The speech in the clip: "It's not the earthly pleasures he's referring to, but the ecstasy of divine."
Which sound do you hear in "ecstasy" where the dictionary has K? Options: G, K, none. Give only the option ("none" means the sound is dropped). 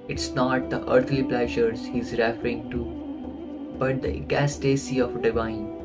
none